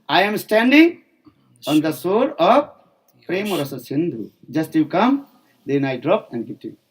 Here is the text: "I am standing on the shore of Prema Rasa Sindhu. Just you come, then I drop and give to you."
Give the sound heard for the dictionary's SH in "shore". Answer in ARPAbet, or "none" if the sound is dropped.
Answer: S